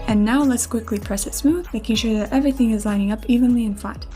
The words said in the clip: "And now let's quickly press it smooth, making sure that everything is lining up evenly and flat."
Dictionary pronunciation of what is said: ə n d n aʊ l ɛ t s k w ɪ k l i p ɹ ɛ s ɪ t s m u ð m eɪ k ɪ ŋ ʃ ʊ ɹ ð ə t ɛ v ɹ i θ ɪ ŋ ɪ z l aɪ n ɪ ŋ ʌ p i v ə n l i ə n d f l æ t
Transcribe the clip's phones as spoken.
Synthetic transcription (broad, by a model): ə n n aʊ l ɛ t s k w ɪ k l i p ɹ ɛ s ɪ t s m u ð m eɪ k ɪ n ʃ ʊ ɹ ð ə t ɛ v ɹ i θ ɪ ŋ ɪ z l aɪ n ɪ ŋ ʌ p i v ə n l i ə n f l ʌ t